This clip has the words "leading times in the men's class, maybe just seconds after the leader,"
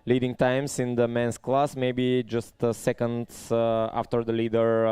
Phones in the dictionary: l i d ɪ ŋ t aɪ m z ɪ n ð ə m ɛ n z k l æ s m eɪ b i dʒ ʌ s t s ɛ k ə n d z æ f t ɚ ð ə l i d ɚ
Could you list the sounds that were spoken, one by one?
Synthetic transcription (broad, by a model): l i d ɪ ŋ t aɪ m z ɪ n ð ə m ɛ n s k l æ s m eɪ b i dʒ ʌ s t s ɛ k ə n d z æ f t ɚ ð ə l i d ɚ